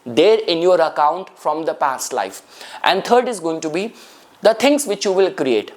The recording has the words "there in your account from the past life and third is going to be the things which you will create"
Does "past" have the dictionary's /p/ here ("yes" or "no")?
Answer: yes